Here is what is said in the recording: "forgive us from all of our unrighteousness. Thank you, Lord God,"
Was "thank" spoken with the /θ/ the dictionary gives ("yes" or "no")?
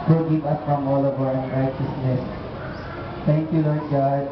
no